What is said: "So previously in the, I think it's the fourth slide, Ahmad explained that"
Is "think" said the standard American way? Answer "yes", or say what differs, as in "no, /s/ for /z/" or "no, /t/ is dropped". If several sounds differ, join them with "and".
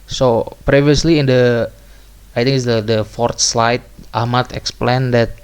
no, /t/ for /θ/